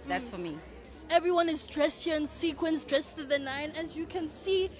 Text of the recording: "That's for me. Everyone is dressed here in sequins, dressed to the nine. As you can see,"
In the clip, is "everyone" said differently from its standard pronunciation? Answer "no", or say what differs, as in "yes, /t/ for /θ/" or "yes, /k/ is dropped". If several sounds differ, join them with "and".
no